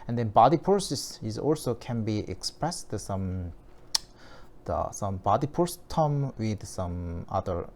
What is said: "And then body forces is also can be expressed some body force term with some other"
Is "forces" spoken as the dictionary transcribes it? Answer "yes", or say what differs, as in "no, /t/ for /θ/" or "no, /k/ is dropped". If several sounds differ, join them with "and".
no, /p/ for /f/